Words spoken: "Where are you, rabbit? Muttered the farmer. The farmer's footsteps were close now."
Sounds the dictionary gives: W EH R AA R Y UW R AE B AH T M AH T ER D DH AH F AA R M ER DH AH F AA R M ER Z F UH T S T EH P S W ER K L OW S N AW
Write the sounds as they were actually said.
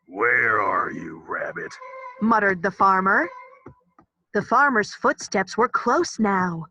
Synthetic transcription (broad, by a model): W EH R AA R Y UW R AE B AH T M AH T ER D DH AH F AA R M ER DH AH F AA R M ER Z F UH T S T EH P S W ER K L OW S N AW